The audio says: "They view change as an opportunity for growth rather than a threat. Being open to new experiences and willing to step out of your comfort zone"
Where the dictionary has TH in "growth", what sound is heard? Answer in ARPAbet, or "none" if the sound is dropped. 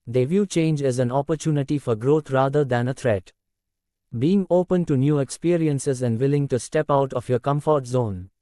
T